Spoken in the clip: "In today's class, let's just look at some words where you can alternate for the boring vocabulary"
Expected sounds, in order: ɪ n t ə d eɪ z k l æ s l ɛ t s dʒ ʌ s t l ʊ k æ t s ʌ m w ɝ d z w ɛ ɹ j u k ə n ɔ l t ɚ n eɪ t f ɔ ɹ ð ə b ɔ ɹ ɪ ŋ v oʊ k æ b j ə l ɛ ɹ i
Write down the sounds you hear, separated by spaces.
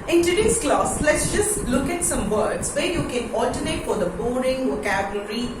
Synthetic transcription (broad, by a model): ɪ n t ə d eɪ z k l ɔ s l ɛ t s dʒ ʌ s t l ʊ k æ t s ʌ m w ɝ d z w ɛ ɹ j u k ə n ɔ l t ɚ n eɪ t f ɔ ɹ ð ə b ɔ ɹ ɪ ŋ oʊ k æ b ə l ɹ i